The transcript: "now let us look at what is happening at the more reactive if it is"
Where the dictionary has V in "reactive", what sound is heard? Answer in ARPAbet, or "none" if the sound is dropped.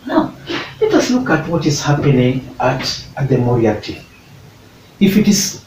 none